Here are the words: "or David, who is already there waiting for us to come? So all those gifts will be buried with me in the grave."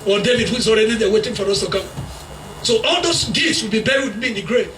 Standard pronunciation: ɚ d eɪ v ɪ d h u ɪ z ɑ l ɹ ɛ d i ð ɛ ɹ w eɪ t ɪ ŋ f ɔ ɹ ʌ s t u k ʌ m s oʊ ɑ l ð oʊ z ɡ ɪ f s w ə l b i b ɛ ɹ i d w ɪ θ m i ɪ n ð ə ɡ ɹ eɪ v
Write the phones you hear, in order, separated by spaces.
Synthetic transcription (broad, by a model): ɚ d eɪ v ɪ d h u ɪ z ɑ l ɹ ɛ d i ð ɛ w eɪ t ɪ ŋ f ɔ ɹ ʌ s t u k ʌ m s oʊ ɑ l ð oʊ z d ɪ s w ə l b i b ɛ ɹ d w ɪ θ m i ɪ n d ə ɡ ɹ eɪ